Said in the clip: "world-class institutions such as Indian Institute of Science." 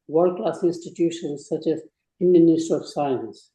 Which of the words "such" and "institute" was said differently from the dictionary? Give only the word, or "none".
institute